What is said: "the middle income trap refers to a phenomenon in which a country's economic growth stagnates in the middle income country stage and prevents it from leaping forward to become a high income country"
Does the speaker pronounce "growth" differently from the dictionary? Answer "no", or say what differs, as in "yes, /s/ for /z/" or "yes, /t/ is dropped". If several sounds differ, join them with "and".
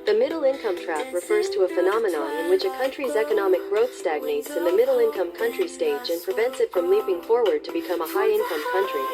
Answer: no